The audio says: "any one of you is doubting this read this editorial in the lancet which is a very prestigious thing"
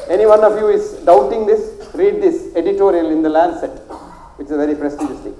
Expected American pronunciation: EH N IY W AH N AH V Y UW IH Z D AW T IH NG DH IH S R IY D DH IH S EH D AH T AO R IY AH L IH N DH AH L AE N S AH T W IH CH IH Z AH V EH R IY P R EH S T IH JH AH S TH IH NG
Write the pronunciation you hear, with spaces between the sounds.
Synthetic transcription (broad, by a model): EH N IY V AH N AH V Y UW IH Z D AW T IH NG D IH S R IY D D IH S EH D AH T AO R IY AH L IH N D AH L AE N S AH T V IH CH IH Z V EH R IY P R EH S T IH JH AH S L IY